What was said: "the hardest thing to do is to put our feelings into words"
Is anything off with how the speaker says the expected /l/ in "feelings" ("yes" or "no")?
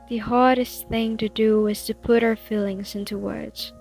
no